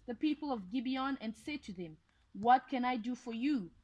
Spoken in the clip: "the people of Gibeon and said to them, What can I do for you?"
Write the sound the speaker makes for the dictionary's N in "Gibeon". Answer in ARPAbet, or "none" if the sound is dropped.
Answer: N